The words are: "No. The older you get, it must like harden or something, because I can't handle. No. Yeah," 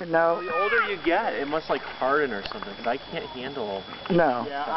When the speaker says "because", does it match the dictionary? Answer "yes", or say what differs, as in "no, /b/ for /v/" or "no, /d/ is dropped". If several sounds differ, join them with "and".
no, /z/ is dropped